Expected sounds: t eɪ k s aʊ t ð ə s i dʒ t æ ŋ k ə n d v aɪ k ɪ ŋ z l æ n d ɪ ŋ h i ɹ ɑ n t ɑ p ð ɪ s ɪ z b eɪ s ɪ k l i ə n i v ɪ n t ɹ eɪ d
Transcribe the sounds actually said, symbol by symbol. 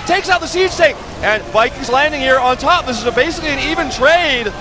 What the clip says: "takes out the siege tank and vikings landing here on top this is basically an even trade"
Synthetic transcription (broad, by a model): t eɪ k s aʊ t ð ə s i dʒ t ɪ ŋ ə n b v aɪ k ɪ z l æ n d ɪ ŋ h i ɹ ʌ n t ɑ p ð ɪ s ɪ z b eɪ s ɪ k l i ə n i v ɪ n t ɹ eɪ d